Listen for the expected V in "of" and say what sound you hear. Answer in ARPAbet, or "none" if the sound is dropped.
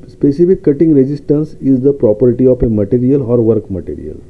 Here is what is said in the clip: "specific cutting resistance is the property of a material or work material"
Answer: P